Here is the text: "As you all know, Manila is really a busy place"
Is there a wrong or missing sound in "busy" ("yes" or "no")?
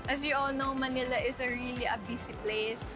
yes